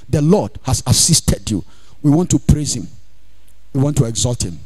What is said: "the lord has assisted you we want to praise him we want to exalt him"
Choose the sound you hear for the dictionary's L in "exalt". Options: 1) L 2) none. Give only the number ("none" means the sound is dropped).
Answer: 1